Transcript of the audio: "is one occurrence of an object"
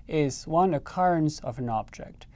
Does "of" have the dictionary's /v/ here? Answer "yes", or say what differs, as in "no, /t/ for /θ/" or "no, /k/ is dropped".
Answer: yes